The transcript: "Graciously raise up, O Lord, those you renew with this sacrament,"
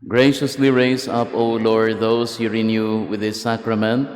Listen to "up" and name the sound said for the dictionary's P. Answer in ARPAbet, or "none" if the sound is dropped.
P